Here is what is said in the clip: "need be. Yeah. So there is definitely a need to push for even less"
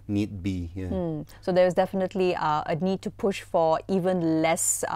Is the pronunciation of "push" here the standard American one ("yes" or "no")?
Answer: yes